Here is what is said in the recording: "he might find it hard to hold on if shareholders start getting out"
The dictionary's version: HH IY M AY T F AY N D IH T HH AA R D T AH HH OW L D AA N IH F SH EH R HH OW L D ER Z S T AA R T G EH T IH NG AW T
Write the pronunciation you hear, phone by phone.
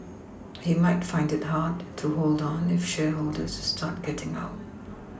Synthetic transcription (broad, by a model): HH IY M AY T F AY N D IH T HH AA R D T AH HH OW L D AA N IH F SH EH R HH OW L D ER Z S T AA R T G EH T IH NG AW T